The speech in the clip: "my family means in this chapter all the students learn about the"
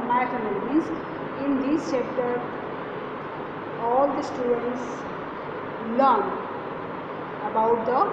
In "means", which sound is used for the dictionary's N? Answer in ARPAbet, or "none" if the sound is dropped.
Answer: none